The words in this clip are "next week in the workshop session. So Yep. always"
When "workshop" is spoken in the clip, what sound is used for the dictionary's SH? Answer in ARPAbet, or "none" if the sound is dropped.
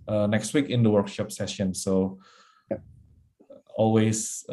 SH